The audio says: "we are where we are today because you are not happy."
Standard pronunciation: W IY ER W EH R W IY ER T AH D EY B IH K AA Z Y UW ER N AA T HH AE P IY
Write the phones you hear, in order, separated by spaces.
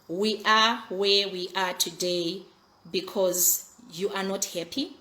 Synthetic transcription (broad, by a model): W IY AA W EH W IY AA T AH D EY B IH K AA Z Y UW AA N AA T HH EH P IY